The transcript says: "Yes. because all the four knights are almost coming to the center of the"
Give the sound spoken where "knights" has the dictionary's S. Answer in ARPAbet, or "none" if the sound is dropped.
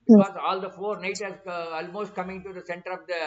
none